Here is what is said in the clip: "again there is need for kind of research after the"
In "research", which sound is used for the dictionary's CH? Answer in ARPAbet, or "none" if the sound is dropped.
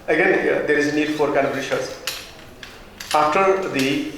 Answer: S